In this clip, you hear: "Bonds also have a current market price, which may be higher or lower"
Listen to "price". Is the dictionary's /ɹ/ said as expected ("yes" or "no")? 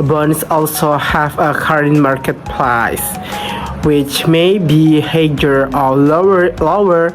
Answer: no